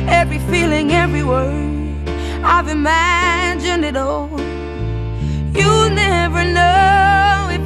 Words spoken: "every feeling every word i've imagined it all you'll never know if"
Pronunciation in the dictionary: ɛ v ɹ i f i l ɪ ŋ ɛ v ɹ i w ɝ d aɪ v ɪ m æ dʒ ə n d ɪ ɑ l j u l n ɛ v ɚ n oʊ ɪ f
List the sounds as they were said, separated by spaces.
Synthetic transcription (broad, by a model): ɛ v ɹ i f i l ɪ ŋ ɛ v ɹ i w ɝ aɪ v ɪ m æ dʒ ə n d ɪ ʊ l j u n ɛ v ɚ n oʊ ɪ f